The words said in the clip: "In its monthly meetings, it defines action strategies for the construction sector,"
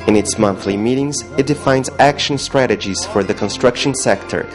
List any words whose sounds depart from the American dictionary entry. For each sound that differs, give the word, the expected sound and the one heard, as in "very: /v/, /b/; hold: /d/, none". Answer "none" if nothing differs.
none